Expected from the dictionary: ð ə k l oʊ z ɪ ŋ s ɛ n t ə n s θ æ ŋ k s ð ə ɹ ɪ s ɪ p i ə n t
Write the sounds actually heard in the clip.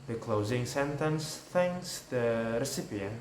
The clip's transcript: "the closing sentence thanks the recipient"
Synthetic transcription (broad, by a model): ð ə k l oʊ z ɪ ŋ s ɛ n t ə n s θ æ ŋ k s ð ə ɹ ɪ s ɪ p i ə n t